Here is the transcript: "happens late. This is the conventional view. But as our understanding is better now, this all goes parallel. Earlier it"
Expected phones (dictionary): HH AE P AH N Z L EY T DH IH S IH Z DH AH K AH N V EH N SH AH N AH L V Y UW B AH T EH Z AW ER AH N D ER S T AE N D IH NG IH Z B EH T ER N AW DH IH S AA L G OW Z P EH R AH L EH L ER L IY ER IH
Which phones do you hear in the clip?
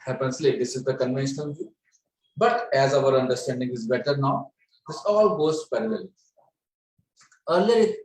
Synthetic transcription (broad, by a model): HH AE P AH N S L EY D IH S IH Z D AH K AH N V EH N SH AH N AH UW B AH T EH Z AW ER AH N D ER S T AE N D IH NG IH Z B EH T ER N AW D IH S AA L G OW S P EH R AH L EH L ER L IY ER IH